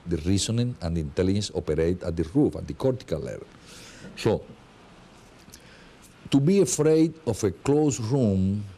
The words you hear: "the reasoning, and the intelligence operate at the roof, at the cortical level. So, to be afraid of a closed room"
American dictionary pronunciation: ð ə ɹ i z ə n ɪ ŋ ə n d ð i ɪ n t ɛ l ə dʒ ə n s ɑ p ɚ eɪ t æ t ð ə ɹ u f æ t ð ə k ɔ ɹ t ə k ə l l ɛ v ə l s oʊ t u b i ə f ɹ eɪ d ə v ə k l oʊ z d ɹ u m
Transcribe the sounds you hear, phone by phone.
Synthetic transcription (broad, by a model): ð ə ɹ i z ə n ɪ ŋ ə n d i n t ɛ l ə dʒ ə n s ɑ p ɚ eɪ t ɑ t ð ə ɹ u f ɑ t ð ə k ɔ ɹ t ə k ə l l ɛ v ə l s oʊ t u b i ə f ɹ eɪ d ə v ə k l oʊ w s ɹ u m